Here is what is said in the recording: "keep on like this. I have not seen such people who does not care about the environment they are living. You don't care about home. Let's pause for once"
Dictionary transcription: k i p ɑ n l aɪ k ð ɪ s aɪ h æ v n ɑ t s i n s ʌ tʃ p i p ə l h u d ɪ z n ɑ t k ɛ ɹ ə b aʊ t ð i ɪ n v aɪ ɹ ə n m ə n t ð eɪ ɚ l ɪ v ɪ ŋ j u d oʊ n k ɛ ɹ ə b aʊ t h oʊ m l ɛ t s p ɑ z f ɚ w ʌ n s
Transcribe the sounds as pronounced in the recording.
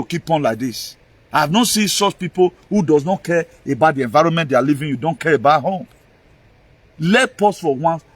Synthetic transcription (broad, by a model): k i p ɑ n l aɪ k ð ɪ s aɪ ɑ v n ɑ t s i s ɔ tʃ p i p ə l h u d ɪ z n ɑ t k ɛ ɹ ə b aʊ t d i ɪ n v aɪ ɹ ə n m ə n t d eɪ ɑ l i v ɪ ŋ j u d oʊ n k ɛ ɹ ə b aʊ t h oʊ m l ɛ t p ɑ s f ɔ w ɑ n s